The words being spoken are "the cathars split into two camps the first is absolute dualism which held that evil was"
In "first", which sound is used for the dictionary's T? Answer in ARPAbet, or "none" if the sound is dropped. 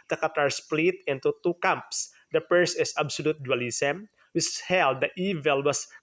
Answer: none